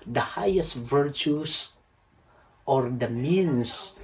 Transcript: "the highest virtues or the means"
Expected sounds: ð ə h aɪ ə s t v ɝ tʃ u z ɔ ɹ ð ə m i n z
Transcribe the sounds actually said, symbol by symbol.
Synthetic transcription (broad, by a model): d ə h aɪ ə s t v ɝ tʃ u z ɔ ɹ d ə m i n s